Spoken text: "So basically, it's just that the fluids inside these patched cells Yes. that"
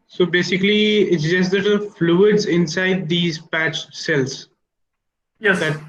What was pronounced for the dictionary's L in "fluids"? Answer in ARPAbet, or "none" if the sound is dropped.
L